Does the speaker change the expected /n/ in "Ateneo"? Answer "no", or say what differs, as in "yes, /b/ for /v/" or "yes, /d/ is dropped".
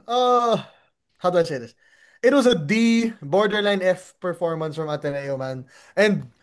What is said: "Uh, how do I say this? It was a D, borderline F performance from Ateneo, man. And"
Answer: yes, /l/ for /n/